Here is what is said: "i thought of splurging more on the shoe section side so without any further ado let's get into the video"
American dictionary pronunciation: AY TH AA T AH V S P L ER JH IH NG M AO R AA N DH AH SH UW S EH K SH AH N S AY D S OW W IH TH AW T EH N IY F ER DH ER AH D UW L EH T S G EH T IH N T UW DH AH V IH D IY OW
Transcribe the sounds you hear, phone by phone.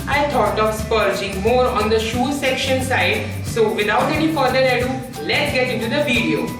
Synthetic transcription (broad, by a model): AY T AA T AH V S P ER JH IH NG M AO R AA N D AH SH UW S EH K SH AH N S AY D S OW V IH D AW T EH N IY F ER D ER AH D UW L EH T S G EH T IH N T UW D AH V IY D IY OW